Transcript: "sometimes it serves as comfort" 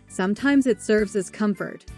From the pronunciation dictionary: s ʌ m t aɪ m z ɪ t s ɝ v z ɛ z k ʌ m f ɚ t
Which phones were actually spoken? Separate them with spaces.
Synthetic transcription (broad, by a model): s ʌ m t aɪ m z ɪ t s ɝ v z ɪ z k ʌ m f ɚ t